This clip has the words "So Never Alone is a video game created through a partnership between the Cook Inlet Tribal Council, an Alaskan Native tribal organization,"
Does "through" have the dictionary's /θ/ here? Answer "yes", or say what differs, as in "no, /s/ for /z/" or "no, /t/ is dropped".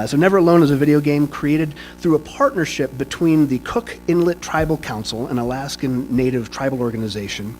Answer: yes